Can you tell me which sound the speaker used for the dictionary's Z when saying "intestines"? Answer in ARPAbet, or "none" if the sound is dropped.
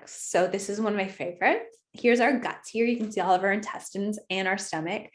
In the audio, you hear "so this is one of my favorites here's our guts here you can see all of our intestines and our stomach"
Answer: Z